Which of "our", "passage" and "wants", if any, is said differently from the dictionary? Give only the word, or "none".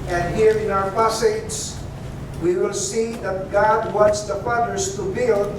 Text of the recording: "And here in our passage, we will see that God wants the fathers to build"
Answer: passage